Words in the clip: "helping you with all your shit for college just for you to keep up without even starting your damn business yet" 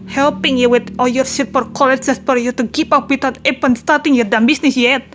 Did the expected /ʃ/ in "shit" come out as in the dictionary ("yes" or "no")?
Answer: no